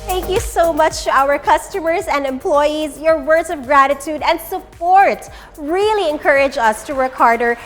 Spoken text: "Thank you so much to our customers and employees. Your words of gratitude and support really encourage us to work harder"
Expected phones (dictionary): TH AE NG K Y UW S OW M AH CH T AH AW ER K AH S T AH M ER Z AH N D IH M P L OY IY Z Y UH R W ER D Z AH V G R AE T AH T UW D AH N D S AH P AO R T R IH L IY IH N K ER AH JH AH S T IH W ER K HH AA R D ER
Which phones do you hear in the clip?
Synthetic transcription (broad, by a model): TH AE NG K Y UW S OW M AH CH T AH AW ER K AH S T AH M ER Z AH N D IH M P L OY IY Z Y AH R W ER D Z AH V G R AE T AH T UW D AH N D S AH P AO R T R IH L IY IH N K ER AH JH AH S T IH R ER K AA R D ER